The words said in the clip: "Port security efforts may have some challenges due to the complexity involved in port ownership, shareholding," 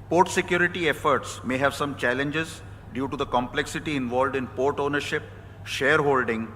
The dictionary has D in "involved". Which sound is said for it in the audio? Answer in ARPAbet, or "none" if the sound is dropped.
D